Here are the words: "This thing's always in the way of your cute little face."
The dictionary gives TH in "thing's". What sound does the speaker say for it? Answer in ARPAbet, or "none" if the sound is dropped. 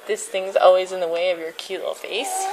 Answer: TH